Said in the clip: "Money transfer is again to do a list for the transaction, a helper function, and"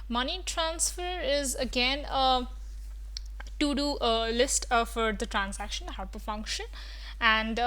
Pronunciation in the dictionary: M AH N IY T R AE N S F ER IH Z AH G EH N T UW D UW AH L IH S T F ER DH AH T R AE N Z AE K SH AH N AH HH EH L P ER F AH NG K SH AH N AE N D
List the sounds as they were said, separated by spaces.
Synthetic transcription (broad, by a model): M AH N IY T R AE N S F ER IH Z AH G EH N T UW D UW AH L IH S T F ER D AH T R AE N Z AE K SH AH N AH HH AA P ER F AH NG K SH AH N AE N D